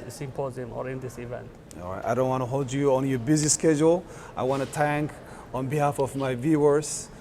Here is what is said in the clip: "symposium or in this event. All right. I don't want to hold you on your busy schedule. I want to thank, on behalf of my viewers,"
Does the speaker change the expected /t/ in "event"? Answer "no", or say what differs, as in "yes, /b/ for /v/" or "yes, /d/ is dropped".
no